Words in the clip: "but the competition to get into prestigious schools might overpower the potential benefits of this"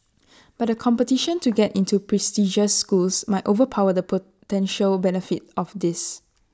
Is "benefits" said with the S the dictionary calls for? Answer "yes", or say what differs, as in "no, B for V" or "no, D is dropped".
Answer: no, S is dropped